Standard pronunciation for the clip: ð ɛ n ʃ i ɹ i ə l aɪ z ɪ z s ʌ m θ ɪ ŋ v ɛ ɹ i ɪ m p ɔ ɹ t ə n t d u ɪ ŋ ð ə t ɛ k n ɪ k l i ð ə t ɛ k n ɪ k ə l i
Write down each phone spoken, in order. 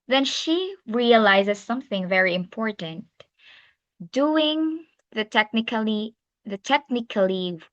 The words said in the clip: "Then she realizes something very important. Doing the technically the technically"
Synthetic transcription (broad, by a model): ð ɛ n ʃ i ɹ i ə l aɪ z ɪ z s ʌ m θ ɪ ŋ v ɛ ɹ i ɪ m p ɔ ɹ t ə n t d u ɪ ŋ ð ə t ɛ k n ɪ k l i ð ə t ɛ k n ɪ k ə l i